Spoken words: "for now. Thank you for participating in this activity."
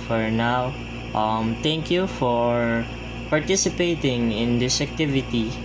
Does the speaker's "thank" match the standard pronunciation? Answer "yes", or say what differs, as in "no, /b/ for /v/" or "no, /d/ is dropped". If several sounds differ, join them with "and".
no, /t/ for /θ/